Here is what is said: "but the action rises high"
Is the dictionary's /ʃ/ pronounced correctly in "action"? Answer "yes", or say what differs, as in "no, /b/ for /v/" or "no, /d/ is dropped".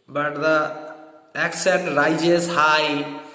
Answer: no, /s/ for /ʃ/